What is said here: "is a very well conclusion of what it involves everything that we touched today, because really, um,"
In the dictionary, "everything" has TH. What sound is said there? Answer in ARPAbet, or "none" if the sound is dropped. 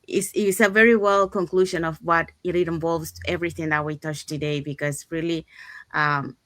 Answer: TH